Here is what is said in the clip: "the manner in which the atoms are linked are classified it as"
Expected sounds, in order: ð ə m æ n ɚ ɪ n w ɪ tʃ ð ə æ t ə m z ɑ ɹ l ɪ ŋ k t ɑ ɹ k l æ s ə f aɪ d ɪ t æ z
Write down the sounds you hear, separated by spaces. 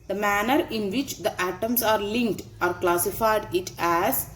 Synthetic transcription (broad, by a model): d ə m æ n ɚ ɪ n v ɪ tʃ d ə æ t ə m s ɑ ɹ l ɪ ŋ k t ɑ ɹ k l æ s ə f aɪ d ɪ t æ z